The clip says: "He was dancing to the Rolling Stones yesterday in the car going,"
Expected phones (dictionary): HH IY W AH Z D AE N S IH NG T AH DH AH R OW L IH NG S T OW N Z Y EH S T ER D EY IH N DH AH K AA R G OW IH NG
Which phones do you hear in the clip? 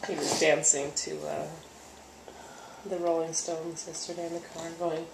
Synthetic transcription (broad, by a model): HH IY W AH Z D AE N S IH NG T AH DH AH R OW L IH NG S T OW N Z Y EH S T ER D EY IH N DH AH K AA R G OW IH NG